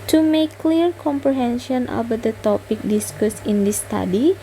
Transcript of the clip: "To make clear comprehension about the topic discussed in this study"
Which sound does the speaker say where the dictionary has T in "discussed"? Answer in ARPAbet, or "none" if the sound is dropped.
none